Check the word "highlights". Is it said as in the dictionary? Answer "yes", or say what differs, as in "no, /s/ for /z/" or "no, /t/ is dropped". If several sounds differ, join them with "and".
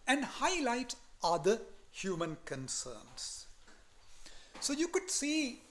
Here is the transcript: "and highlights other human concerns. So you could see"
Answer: no, /s/ is dropped